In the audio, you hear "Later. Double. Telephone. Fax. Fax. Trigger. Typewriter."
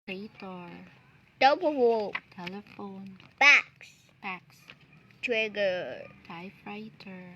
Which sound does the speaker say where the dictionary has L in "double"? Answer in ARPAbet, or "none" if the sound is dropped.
W